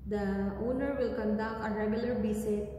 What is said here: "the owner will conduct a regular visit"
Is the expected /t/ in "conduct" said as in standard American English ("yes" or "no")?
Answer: no